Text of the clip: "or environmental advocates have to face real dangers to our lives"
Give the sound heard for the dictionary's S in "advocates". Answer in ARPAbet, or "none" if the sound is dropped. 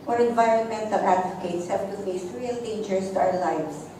S